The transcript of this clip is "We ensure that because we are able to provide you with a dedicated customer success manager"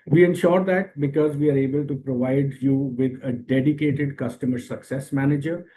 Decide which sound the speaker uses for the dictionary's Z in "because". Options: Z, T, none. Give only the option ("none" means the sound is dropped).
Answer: Z